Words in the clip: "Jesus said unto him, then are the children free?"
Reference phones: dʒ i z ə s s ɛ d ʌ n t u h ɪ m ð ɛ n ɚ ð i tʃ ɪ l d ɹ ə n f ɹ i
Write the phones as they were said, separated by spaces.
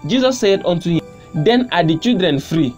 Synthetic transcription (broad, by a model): dʒ i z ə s s ɛ d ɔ n t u h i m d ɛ n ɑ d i tʃ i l d ɹ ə n f ɹ i